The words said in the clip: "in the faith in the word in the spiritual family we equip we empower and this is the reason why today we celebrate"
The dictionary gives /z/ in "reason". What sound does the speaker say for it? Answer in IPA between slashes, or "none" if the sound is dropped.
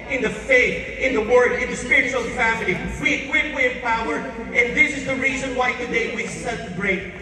/z/